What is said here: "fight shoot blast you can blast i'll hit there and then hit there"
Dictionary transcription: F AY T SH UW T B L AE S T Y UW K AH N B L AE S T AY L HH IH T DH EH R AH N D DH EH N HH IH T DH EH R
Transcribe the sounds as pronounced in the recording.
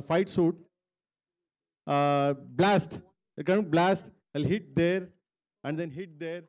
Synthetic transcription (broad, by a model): F AY T S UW T B L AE S T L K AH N B L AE S T AY L HH IH T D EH R AH N D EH N HH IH T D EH R